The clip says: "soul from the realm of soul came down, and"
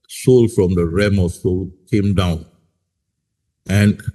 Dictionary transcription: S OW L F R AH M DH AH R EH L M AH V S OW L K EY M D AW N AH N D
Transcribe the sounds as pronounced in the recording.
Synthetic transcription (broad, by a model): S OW L F R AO M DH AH R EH M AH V S OW L K EY M D AW N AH N